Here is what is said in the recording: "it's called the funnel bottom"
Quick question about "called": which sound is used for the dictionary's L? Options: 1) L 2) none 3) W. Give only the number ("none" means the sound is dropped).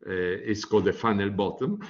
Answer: 2